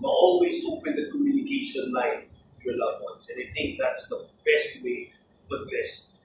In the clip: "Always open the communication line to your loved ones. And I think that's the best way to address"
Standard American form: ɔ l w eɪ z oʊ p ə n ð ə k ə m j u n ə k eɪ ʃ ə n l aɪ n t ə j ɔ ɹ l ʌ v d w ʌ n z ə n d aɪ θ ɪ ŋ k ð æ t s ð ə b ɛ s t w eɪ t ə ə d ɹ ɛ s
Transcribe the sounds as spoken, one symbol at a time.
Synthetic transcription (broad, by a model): ɔ l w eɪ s oʊ p ə n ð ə k ə m j u n ə k eɪ ʃ ə n l aɪ n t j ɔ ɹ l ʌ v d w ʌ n s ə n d aɪ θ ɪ ŋ k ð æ t s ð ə b ɛ s t w eɪ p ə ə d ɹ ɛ s